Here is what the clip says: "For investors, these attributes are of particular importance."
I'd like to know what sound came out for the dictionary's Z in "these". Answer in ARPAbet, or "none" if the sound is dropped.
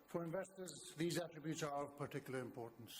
Z